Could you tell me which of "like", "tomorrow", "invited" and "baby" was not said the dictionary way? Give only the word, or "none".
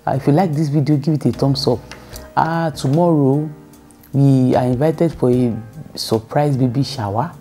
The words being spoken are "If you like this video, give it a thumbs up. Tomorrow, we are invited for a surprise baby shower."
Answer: none